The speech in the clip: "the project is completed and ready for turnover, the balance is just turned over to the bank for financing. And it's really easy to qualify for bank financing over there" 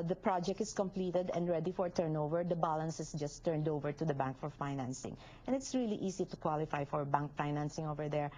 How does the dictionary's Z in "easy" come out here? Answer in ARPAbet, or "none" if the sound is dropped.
S